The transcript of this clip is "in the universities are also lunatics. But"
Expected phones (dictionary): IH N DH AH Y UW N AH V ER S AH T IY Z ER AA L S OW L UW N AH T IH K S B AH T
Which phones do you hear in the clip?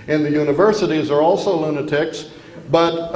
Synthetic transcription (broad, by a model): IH N DH AH Y UW N AH V ER S AH T IY Z ER AA L S OW L UW N AH T IH K S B AH T